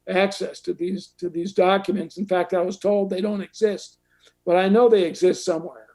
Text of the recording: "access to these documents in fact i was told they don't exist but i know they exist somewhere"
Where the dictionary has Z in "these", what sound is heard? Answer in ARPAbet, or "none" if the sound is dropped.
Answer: Z